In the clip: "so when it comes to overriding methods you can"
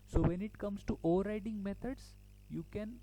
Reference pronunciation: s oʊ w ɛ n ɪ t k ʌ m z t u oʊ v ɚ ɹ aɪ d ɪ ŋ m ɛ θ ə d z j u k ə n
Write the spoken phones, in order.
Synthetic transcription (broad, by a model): s oʊ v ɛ n ɪ t k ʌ m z t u oʊ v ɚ ɹ aɪ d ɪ ŋ m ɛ t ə d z j u k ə n